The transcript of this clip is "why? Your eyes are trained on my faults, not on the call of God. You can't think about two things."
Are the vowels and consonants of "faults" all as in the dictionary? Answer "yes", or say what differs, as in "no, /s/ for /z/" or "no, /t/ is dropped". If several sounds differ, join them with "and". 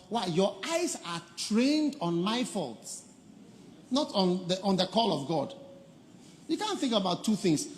yes